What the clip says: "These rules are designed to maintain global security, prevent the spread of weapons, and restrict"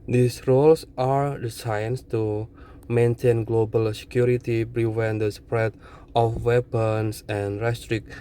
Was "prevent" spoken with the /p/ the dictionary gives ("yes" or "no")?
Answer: no